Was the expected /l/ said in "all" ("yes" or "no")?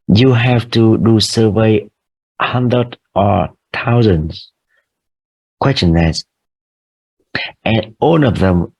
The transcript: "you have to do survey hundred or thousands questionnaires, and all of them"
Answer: no